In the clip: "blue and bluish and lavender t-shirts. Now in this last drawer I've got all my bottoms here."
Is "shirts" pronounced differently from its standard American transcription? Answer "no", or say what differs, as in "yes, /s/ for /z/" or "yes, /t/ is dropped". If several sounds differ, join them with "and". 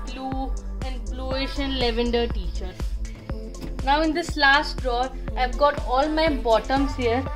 yes, /s/ is dropped